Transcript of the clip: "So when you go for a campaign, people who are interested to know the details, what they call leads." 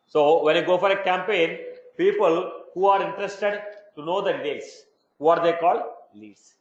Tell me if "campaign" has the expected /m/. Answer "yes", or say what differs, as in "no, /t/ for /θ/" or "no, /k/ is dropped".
yes